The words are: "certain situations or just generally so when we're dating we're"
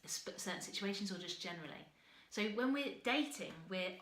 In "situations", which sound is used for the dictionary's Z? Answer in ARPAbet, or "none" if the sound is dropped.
Z